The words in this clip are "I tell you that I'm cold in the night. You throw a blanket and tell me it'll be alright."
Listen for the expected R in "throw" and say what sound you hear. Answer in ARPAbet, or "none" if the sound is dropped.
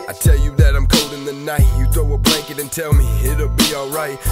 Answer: none